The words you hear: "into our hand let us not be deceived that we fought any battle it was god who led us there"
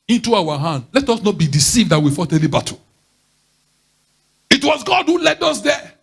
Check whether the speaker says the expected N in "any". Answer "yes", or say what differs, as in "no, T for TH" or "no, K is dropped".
no, L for N